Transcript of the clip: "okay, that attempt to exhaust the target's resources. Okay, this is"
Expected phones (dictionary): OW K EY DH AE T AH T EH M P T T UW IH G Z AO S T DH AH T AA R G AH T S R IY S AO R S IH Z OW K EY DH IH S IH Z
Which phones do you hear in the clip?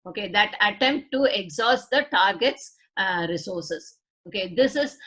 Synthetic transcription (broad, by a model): OW K EY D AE T AH T EH M P T T UW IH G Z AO S T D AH T AA R G AH T S R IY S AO R S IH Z OW K EY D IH S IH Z